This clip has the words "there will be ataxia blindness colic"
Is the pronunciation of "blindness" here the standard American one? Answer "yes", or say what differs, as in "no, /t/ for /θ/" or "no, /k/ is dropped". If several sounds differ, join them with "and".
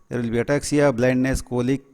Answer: yes